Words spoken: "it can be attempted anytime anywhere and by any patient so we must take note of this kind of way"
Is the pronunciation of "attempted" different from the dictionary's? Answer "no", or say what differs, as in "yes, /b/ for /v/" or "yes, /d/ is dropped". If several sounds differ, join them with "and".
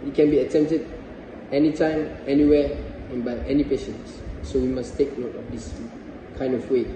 no